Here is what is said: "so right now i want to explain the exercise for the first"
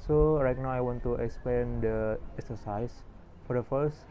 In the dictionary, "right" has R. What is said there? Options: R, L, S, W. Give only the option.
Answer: R